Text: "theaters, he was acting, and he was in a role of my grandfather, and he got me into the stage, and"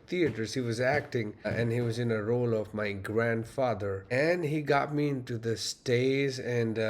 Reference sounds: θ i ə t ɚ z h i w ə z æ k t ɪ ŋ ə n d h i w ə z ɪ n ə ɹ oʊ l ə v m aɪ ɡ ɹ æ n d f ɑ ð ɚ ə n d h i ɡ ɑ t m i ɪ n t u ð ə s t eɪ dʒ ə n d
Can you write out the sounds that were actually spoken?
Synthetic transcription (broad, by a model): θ i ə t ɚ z h i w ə z æ k t ɪ ŋ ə n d h i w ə z ɪ n ə ɹ oʊ l ə v m aɪ ɡ ɹ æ n d f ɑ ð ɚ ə n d h i ɡ ɑ t m i ɪ n t u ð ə s t eɪ z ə n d